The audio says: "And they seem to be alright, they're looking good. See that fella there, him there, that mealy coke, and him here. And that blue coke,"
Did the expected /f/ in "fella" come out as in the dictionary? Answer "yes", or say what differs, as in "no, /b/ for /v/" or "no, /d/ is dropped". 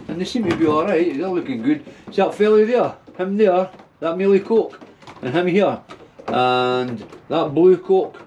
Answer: yes